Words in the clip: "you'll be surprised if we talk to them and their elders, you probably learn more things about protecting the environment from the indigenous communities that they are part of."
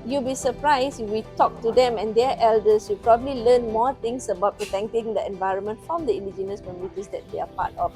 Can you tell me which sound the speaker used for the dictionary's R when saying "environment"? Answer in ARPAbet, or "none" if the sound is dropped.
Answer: R